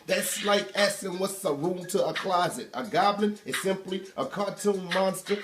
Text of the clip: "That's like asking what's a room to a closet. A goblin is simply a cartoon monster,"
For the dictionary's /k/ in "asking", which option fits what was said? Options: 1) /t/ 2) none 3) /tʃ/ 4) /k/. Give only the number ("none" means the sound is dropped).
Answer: 2